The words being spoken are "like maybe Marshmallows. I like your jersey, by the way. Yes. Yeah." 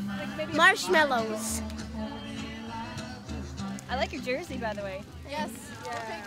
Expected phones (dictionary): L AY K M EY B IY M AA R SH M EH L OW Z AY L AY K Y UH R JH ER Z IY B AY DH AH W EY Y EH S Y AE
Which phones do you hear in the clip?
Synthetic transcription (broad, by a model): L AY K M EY IY M AA R SH M EH L OW Z AY L AY K Y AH R JH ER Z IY B AY DH AH W EY Y EH S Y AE